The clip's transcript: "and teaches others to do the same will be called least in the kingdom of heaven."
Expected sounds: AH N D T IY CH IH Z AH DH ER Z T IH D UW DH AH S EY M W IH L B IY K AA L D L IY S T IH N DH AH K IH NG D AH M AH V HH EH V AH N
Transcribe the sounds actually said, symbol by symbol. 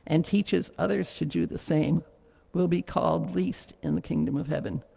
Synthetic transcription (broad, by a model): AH N T IY CH IH Z AH DH ER Z T IH D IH DH AH S EY M W IH L B IY K AA L D L IY S T IH N DH AH K IH NG D AH M AH V HH EH V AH N